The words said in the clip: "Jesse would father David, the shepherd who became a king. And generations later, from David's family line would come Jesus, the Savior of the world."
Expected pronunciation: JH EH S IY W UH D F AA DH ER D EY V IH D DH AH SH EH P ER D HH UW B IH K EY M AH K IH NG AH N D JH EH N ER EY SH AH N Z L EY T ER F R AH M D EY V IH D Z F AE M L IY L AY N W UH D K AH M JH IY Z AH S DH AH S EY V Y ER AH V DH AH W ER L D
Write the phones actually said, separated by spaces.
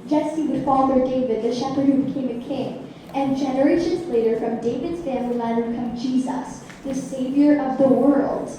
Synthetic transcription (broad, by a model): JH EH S IY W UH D F AA DH ER D EY V IH D DH AH SH EH P ER D HH UW B IH K EY M AH K IH NG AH N JH EH N ER EY SH AH N Z L EY T ER F R AH M D EY V IH D Z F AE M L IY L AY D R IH K AH M JH IY Z AH S DH AH S EY V Y ER AH V DH AH W ER L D